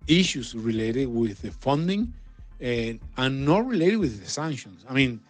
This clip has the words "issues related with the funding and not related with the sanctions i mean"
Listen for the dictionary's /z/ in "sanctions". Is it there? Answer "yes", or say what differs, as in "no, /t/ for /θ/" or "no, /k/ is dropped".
no, /s/ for /z/